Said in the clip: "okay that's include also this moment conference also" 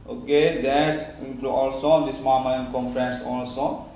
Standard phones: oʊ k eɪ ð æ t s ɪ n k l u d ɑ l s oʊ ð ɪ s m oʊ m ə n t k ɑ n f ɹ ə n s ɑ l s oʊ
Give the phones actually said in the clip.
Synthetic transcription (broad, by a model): oʊ k eɪ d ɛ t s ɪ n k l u ɑ l s oʊ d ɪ s m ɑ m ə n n k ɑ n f ɹ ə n s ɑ l s oʊ